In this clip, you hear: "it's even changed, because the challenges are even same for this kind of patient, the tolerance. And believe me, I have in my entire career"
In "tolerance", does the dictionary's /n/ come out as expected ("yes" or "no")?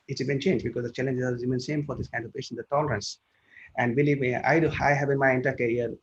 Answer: yes